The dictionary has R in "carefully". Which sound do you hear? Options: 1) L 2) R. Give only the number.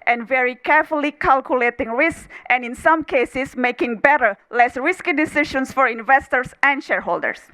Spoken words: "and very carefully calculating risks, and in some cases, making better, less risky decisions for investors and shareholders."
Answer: 2